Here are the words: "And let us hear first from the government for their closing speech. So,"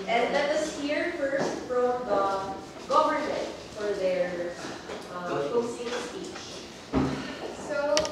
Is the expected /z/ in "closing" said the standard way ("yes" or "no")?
no